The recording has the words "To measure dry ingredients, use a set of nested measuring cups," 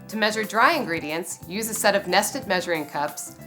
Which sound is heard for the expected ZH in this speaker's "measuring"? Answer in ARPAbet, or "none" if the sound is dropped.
ZH